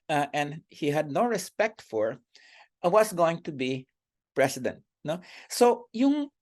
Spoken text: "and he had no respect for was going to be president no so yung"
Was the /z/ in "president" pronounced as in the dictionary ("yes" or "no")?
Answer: no